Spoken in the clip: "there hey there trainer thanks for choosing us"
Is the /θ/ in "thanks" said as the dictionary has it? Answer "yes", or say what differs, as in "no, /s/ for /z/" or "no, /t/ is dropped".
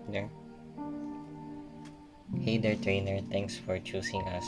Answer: no, /t/ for /θ/